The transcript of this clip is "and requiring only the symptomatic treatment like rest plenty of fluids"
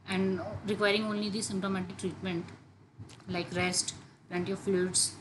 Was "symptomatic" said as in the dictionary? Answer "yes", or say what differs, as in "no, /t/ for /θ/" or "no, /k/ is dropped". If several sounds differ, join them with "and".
yes